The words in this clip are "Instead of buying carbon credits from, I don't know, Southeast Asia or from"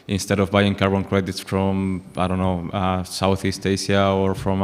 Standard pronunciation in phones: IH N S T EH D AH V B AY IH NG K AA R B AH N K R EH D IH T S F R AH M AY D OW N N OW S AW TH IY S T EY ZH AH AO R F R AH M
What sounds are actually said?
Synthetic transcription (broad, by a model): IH N S T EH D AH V B AY IH NG K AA R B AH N K R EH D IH T S F R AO M AY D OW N N OW S AW TH IY S T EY S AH AO R F R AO M